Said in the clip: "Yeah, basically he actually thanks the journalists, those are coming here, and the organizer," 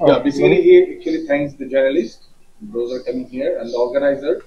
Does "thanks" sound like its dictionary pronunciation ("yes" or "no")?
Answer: no